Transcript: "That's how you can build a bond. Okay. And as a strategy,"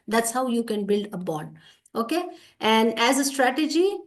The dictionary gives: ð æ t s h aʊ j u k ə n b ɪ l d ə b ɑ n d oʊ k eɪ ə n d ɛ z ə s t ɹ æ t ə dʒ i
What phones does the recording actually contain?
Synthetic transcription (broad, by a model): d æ t s h aʊ j u k ə n b ɪ l d ə b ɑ d oʊ k eɪ ə n d ɛ z ə s t ɹ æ t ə dʒ i